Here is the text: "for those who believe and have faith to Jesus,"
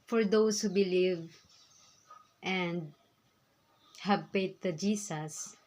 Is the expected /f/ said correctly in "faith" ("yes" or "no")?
no